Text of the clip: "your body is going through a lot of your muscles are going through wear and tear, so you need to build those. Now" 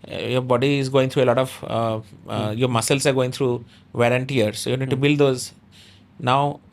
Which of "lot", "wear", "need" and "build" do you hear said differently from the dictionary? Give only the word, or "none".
wear